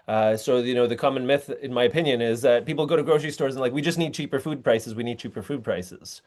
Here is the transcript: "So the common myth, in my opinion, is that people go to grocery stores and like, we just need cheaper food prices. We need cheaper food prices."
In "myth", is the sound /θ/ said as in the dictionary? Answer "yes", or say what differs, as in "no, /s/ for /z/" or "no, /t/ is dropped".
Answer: yes